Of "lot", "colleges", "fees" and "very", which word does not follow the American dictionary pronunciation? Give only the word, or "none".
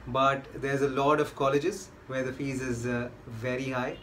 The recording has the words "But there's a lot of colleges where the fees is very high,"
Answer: none